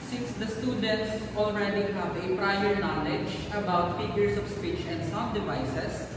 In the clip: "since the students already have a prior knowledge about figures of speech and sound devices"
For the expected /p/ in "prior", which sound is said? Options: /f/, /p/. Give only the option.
/p/